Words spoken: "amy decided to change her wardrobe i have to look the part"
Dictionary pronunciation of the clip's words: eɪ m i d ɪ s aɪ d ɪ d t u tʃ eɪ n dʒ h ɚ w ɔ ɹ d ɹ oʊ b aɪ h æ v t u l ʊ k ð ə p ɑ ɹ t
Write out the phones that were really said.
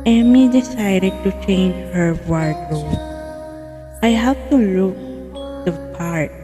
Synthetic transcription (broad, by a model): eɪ m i d ɪ s aɪ d ɪ d t u tʃ eɪ n dʒ h ɚ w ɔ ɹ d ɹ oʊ aɪ h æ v t u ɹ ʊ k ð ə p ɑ ɹ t